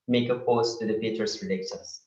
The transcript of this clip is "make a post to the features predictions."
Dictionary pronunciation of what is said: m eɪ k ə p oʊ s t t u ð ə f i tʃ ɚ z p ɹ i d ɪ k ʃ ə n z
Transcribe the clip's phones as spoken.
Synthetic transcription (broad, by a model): m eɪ k ə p oʊ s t t u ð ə p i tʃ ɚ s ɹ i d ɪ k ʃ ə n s